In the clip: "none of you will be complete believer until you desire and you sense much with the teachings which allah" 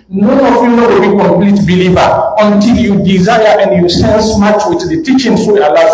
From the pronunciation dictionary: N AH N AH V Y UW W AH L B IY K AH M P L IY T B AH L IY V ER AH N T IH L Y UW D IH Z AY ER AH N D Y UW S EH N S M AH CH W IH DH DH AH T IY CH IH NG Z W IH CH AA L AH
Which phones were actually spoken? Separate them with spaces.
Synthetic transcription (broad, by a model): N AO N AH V Y UW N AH W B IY K AH M P L IY T B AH L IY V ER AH N T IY L Y UW D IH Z AY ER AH N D Y UW S EH N S M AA CH W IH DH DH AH T IY CH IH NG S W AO AA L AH